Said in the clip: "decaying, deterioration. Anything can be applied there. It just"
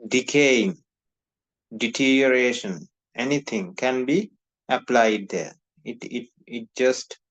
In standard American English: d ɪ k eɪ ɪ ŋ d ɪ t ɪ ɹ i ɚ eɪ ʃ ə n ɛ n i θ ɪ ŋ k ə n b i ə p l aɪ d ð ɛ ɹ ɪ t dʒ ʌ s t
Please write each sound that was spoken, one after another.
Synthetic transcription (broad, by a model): d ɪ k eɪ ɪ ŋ d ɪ t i ɹ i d eɪ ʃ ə n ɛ n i t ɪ ŋ k ə n b i ə p l aɪ d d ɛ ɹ ɪ t dʒ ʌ s t